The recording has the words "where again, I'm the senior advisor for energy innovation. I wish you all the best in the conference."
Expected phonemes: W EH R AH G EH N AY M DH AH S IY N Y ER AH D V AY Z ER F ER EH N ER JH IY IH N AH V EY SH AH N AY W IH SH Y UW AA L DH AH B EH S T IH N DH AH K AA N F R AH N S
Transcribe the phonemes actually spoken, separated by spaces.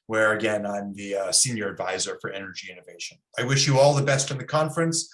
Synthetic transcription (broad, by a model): W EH R AH G EH N AY M DH AH S IY N Y ER AH D V AY Z ER F ER EH N ER JH IY IH N AH V EY SH AH N AY W IH SH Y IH AA L DH AH B EH S T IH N DH AH K AA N F R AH N S